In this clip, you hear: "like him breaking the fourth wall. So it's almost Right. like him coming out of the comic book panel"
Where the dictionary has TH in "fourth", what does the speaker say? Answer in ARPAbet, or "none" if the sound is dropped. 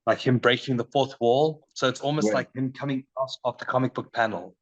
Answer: TH